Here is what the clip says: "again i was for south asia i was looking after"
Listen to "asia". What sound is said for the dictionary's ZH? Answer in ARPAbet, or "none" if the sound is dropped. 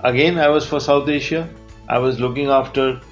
SH